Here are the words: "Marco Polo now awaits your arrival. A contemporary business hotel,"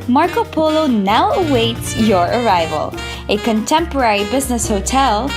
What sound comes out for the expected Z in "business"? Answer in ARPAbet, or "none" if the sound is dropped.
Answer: Z